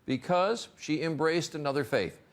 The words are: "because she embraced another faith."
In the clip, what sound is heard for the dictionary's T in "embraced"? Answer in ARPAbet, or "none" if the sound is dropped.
T